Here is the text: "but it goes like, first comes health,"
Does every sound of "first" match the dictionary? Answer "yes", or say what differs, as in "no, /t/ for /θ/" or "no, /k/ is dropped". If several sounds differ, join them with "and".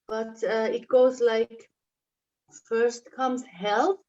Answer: yes